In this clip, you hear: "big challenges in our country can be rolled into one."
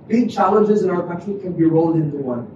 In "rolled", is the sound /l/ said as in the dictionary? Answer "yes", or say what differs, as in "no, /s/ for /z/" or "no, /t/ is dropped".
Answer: yes